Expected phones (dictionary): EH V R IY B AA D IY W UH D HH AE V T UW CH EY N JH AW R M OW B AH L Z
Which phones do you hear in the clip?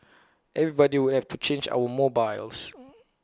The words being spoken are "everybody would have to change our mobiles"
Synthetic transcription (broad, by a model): EH V R IY B AA D IY W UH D HH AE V T UW CH EY N JH AW W M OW B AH L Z